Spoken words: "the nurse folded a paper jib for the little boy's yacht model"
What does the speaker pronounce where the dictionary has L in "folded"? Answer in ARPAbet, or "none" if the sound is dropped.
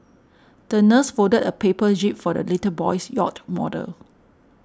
none